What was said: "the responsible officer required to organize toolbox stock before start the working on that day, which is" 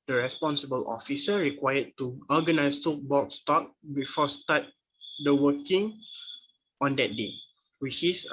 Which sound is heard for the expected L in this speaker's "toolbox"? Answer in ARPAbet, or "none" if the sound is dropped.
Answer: none